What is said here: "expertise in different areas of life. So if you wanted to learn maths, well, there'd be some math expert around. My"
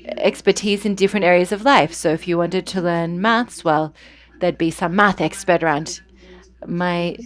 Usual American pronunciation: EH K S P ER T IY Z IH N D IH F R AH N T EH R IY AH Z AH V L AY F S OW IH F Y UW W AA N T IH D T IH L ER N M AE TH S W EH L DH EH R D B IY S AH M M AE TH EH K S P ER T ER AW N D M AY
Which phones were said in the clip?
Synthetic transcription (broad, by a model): EH K S P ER T IY Z IH N D IH F R AH N T EH R IY AH Z AH V L AY F S OW IH F Y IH W AA N T IH D T IH L ER N M AE TH S W EH L DH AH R D B IY S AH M M AE TH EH K S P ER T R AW N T M AY